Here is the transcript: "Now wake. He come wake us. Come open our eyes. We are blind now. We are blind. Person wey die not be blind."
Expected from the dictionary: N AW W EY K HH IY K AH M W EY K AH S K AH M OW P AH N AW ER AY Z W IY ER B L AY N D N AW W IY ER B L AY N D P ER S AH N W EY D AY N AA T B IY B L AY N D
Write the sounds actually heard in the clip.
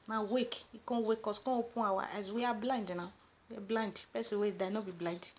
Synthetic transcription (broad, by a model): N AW W EY K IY K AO W EY K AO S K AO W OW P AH AW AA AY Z W IY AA B L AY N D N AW W IY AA B L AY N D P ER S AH W EY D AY N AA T B IY B L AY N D